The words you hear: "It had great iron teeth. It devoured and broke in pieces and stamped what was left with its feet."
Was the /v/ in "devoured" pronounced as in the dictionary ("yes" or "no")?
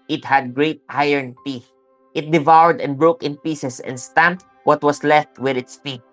yes